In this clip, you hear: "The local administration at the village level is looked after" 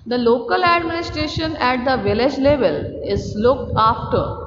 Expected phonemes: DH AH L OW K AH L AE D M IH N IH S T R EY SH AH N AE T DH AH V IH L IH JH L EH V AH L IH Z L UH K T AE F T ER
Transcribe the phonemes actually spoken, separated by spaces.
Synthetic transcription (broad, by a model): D AH L OW K AH L AE D M IH N IH S T R EY SH AH N AE T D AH V IH L IH JH L EH V AH L IH Z L UH K T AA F T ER